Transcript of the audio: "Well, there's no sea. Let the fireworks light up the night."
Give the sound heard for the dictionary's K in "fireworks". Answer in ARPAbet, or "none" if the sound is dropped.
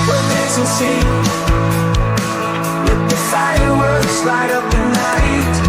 none